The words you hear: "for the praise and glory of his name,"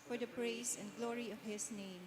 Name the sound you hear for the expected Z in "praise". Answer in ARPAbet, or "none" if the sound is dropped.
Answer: S